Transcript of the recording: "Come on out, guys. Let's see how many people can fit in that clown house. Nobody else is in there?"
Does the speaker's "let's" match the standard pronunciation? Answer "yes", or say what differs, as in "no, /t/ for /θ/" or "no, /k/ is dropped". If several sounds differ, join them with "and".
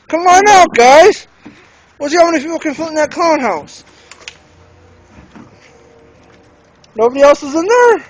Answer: no, /w/ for /l/